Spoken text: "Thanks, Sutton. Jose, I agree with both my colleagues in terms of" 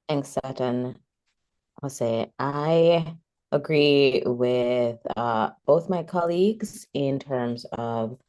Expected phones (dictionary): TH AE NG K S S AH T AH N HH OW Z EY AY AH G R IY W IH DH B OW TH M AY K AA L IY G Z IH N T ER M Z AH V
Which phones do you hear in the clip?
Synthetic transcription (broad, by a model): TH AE NG K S S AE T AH N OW S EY AY AH G R IY W IH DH B OW TH M AY K AA L IY G Z IH N T ER M Z AH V